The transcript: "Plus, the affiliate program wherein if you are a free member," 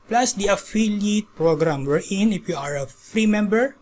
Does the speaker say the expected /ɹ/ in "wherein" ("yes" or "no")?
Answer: yes